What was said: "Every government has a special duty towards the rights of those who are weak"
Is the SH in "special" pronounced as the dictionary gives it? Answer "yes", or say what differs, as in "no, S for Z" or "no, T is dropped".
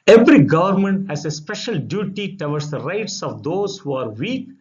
yes